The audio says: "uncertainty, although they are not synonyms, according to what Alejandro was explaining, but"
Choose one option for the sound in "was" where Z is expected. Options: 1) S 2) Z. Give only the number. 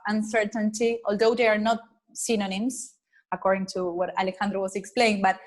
1